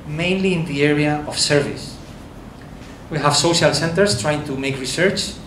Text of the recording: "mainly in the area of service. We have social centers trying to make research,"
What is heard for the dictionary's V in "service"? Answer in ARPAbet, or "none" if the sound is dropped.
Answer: V